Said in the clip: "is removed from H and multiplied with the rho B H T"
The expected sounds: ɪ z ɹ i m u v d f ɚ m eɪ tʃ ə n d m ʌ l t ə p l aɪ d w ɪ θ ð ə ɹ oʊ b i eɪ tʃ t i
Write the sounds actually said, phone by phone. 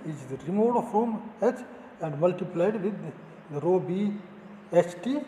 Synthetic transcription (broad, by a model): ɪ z ɹ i m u f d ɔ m eɪ tʃ ə n d m ʌ l t ə p l aɪ d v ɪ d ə ɹ oʊ b i eɪ tʃ t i